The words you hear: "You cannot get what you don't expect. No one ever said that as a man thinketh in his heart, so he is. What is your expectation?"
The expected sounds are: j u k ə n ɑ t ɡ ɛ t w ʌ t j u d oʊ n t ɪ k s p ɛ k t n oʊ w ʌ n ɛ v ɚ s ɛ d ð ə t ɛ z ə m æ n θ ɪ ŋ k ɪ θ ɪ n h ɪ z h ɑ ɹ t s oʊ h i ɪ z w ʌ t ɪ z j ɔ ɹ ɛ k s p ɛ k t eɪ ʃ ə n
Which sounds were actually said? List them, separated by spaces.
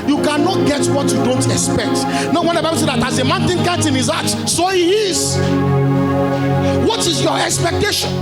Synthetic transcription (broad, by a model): j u k ə n ɑ t ɡ ɛ t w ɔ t j u d oʊ n t ɪ k s p ɛ k t n oʊ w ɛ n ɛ b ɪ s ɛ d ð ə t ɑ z ə m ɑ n t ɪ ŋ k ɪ t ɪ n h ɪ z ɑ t s oʊ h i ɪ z w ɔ t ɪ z j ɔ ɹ ɛ k s p ɛ k t eɪ ʃ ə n